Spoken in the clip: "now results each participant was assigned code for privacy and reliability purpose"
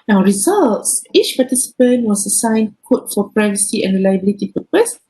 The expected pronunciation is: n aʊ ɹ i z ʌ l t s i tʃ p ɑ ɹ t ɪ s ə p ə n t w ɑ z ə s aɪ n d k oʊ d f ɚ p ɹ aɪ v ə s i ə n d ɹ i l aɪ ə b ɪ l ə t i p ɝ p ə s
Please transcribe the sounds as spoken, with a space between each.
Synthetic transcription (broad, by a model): n aʊ ɹ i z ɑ l t s i tʃ p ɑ t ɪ s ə p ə n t w ɑ s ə s aɪ n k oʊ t f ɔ p ɹ aɪ v ə s i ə n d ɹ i l aɪ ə b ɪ l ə t i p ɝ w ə s